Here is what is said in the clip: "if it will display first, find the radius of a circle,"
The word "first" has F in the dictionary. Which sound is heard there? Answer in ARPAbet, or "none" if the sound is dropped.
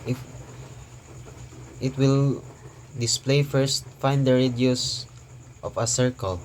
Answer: F